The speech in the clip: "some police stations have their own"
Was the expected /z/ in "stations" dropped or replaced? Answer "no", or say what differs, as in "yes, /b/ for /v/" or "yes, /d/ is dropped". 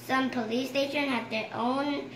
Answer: yes, /z/ is dropped